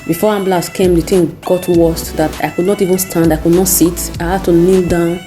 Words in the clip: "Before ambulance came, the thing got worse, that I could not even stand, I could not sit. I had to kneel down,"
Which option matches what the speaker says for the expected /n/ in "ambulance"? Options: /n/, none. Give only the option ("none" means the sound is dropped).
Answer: none